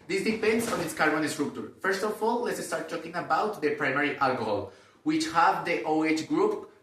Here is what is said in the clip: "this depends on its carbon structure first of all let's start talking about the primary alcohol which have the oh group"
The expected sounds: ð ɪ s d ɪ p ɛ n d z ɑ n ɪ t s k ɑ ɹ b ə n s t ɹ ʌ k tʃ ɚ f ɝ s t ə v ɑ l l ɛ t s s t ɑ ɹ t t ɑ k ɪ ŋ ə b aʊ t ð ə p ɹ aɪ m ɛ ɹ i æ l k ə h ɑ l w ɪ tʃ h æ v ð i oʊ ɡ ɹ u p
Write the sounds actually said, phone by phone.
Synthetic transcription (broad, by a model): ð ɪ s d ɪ p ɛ n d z ɑ n ɪ t s k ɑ ɹ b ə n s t ɹ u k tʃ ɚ f ɝ s t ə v ɑ l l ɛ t s s t ɑ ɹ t t ɑ k ɪ ŋ ə b aʊ t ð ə p ɹ aɪ m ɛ ɹ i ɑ l k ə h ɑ l w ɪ tʃ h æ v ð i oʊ ɡ ɹ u p